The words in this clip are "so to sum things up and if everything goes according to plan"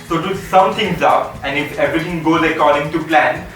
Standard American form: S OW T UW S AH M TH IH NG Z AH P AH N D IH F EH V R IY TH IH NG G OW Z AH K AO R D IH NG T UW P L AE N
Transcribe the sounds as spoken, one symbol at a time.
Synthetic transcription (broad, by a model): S OW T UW S AH M T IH NG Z AH P AH N D IH F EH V R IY T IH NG G OW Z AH K AO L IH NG T UW P L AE N